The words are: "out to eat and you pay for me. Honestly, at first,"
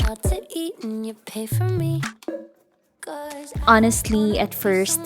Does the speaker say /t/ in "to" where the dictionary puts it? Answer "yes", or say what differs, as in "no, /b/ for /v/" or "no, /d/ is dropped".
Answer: no, /s/ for /t/